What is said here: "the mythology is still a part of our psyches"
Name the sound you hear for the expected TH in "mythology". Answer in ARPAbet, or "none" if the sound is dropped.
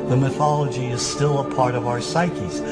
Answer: TH